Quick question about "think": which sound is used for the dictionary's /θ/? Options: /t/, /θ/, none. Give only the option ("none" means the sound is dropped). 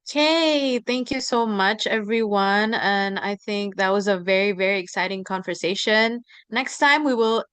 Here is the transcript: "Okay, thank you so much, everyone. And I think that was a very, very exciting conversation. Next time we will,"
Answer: /θ/